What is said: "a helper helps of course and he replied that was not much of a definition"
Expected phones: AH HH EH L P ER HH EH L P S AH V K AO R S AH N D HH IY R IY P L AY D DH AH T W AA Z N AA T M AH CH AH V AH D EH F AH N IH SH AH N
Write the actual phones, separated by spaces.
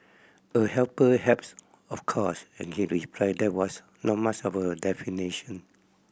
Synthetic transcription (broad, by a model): AH HH EH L P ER HH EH P S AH F K AO S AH N HH IY R IY P L AY D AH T W AA S N AA T M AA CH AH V AH D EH F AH N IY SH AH N